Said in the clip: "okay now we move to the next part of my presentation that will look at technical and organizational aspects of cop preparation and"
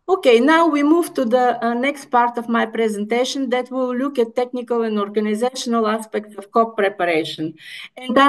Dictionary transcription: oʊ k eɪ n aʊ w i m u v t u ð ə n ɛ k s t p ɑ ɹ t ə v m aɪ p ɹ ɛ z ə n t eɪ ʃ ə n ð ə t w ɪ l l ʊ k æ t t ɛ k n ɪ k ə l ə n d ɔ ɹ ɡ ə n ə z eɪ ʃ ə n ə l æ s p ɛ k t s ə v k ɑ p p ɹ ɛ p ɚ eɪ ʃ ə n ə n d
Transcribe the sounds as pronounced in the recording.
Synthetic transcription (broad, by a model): oʊ k eɪ n aʊ w i m u v t u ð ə n ɛ k s t p ɑ ɹ t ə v m aɪ p ɹ ɛ z ə n t eɪ ʃ ə n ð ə t w ɪ l l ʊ k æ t t ɛ k n ɪ k ə l ə n d ɔ ɹ ɡ ə n ə z eɪ ʃ ə n ə l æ s p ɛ k t s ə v k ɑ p p ɹ ɛ p ɚ eɪ ʃ ə n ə n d